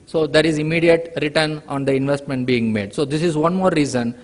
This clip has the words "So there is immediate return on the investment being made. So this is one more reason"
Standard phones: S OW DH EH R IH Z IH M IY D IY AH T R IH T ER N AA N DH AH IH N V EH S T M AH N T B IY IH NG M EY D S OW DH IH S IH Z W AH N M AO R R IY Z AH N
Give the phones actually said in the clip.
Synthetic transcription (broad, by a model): S OW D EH R IH Z IH M IY D IY AH T R IH T ER N AA N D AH IH N V EH S T M AH N T B IY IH NG M EY D S OW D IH S IH Z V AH N M AO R R IY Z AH N